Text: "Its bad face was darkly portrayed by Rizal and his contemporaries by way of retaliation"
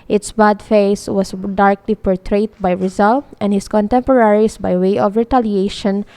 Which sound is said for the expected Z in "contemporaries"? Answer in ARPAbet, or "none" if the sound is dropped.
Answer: S